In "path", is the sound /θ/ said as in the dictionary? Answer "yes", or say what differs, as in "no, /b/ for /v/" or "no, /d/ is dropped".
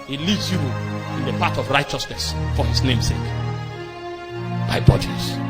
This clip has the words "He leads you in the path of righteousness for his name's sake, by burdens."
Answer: no, /t/ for /θ/